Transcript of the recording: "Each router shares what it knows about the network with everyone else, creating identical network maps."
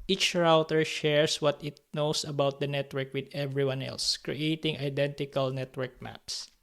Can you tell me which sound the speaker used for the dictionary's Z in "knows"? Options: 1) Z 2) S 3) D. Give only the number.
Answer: 2